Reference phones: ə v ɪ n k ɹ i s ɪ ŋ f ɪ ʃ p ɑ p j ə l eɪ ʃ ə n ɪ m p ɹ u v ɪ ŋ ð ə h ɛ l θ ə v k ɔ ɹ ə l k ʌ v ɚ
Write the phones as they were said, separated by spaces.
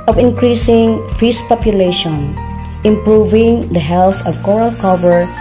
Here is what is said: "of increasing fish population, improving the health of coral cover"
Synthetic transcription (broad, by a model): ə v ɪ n k ɹ i s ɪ ŋ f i s p ɑ p j ə l eɪ ʃ ə n ɪ m p ɹ u v ɪ ŋ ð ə h ɛ l θ ə v k ɔ ɹ ə l k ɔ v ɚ